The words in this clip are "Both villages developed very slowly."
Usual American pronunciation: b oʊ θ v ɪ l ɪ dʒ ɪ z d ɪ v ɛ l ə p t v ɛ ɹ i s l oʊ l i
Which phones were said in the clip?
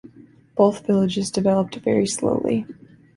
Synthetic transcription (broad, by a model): b oʊ θ v ɪ l ɪ dʒ ɪ z d ɪ v ɛ l ə p t v ɛ ɹ i s l oʊ l i